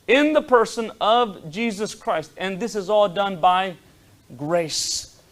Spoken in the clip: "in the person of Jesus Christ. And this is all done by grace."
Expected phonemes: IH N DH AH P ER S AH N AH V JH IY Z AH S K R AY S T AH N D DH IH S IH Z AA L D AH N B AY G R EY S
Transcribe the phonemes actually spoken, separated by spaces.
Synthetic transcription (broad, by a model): IH N DH AH P ER S AH N AH V JH IY Z AH S K R AY S T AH N DH IH S IH Z AA L D AH N B AY G R EY S